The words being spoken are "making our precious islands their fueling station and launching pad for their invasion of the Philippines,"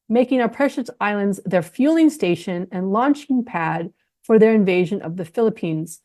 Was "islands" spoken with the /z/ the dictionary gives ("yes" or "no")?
yes